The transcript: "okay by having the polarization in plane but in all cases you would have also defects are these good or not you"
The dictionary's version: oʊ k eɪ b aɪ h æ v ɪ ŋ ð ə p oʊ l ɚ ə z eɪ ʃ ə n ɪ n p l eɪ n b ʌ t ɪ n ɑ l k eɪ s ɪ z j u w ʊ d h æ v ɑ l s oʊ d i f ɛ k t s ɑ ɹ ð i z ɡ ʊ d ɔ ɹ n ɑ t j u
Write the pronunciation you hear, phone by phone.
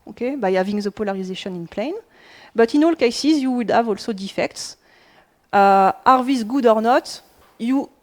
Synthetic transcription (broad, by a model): oʊ k eɪ b aɪ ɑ v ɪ ŋ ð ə p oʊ l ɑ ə z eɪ ʃ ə n ɪ n p l eɪ n b ʌ t ɪ n ɑ l k eɪ s ɪ z j u w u d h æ v ɑ l s oʊ d i f ɛ k t s ɑ ɹ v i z ɡ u d ɔ ɹ n ɑ t j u